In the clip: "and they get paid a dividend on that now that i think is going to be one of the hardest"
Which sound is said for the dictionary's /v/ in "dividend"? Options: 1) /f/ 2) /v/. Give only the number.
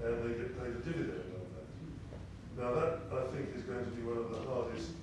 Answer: 2